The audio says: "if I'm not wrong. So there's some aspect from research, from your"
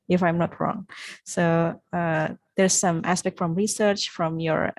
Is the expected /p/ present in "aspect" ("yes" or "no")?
yes